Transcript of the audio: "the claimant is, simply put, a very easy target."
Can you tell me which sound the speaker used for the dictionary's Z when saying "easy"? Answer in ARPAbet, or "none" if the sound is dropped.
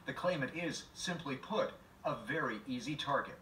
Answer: Z